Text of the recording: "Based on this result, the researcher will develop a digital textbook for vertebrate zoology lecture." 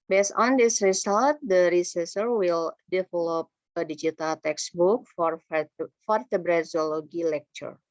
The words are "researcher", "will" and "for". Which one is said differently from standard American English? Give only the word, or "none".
researcher